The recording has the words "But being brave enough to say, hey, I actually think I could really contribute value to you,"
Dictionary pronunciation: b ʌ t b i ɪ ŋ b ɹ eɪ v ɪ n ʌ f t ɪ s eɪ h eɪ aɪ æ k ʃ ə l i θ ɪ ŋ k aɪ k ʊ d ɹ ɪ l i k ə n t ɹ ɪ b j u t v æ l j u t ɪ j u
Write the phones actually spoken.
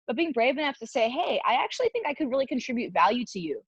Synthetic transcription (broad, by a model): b ʌ t b i ɪ ŋ b ɹ eɪ v ɪ n ʌ f t ɪ s eɪ h eɪ aɪ æ k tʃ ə l i θ ɪ ŋ k aɪ k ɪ d ɹ ɪ l i k ə n t ɹ ɪ b j u t v æ l j u t ɪ j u